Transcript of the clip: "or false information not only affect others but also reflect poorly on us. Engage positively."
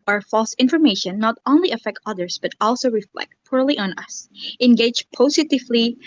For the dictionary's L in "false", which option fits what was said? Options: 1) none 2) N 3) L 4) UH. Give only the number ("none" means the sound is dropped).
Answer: 3